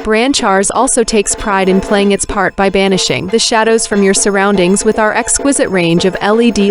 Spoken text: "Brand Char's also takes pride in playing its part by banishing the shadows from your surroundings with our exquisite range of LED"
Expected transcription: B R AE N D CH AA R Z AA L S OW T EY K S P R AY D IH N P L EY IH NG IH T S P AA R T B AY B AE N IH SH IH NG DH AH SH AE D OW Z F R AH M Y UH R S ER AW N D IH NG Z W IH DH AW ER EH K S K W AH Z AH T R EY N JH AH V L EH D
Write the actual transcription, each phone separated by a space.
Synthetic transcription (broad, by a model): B R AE N CH AA R Z AA L S OW T EY K S P R AY D IH N P L EY IH NG IH T S P AA R T B AY B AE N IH SH IH NG DH AH SH AE D OW Z F R AH M Y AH R S ER AW N D IH NG Z W IH DH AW ER EH K S K W AH Z AH T R EY N JH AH V L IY D